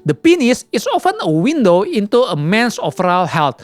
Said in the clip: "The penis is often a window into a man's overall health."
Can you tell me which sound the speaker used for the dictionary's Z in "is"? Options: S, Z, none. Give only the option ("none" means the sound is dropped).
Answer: S